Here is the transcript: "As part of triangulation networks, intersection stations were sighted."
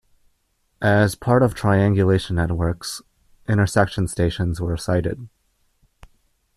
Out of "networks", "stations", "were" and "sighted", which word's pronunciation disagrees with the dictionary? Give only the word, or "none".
none